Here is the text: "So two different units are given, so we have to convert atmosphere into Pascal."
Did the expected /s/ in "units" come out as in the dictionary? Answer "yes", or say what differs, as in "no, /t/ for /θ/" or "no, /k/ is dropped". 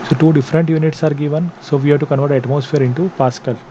yes